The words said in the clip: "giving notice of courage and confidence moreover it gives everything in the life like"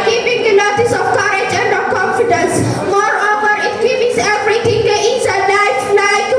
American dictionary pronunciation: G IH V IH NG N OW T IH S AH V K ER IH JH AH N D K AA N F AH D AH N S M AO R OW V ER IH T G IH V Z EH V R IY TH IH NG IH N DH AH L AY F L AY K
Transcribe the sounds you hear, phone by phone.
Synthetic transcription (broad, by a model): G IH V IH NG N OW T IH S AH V K ER IH JH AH N D K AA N F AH D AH N S M AO R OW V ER IH T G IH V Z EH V R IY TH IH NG IH N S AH N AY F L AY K